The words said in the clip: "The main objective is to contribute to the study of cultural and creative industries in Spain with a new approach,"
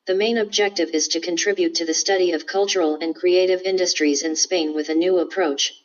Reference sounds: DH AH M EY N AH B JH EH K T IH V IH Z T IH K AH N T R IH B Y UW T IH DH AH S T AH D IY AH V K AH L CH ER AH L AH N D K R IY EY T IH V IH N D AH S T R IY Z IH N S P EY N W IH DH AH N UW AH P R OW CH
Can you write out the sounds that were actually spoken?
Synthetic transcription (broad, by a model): DH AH M EY N AH B JH EH K T IH V IH Z T IH K AH N T R IH B Y UW T IH DH AH S T AH D IY AH V K AH L CH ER L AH N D K R IY EY T IH V IH N D AH S T R IY Z IH N S P EY N W IH DH AH N UW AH P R OW CH